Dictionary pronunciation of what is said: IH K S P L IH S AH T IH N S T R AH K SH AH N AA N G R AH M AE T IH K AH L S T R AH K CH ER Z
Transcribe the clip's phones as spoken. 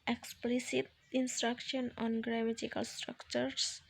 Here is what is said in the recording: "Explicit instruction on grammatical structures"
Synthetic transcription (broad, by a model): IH K S P L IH S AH T IH N S T R AH K SH AH N AA N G R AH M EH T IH K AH L S T R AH K CH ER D